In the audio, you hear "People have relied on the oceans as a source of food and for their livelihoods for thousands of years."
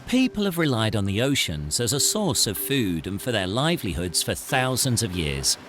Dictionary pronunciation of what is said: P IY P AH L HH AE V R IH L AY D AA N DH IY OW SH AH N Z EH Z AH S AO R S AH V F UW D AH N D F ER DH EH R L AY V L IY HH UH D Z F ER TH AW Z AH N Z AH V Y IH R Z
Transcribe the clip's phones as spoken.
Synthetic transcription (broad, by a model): P IY P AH L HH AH V R IH L AY D N DH IY OW SH AH N Z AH Z AH S AO R S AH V F UW D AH N F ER DH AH R L AY V L IY HH UH D Z F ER TH AW Z AH N Z AH V Y IH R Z